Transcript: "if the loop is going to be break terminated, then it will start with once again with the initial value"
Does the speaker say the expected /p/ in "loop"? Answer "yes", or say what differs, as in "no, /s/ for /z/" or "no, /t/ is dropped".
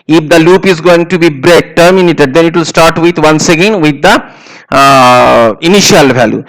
yes